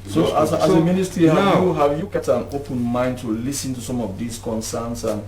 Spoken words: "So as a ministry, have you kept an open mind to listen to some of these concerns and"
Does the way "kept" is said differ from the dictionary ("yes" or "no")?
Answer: yes